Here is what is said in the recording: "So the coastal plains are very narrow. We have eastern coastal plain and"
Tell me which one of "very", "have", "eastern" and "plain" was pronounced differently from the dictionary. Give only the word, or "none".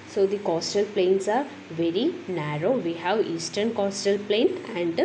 none